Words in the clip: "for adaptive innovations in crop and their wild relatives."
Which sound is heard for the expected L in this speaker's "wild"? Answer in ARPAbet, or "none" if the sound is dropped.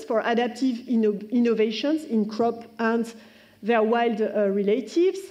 L